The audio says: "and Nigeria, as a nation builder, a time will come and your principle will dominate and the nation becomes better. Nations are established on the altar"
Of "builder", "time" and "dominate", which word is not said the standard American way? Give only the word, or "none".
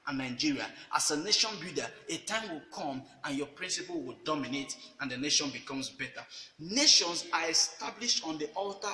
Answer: builder